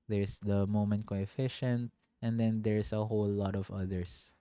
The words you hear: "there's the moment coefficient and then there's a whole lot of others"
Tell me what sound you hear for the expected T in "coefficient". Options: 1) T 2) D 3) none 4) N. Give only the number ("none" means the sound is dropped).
1